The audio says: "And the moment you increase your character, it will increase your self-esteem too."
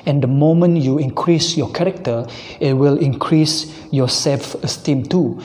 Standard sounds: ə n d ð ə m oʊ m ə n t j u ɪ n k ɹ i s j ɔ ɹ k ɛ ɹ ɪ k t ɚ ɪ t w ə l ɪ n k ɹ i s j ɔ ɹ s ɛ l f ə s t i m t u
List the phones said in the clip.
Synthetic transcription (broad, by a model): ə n d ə m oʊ m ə n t j u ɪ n k ɹ i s j ɔ k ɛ ɹ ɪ k t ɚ ɪ t w ə l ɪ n k ɹ i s j ɔ s ɛ l f ə s t i m t u